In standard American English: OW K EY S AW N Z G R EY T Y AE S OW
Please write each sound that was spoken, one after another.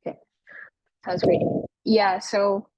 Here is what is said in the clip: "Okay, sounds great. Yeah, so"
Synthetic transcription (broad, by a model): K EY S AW Z G R EY T Y AE S OW